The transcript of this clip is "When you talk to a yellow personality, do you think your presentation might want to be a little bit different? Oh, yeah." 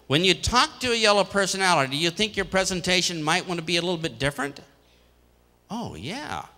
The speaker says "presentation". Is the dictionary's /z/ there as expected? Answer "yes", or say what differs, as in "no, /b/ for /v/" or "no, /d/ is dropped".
yes